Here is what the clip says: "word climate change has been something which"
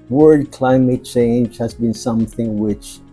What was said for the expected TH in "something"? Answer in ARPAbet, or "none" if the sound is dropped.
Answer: TH